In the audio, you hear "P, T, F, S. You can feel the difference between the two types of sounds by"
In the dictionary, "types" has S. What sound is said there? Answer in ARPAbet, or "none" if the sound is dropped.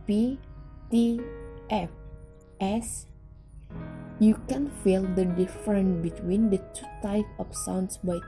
none